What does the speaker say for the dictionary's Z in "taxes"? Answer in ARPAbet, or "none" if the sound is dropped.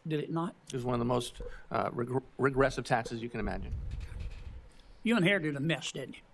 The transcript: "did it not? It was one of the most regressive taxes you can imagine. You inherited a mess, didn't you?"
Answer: Z